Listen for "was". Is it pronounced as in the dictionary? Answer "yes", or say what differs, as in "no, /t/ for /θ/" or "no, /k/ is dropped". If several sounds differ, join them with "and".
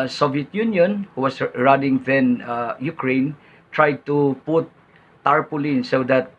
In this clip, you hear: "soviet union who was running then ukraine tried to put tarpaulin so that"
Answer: no, /s/ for /z/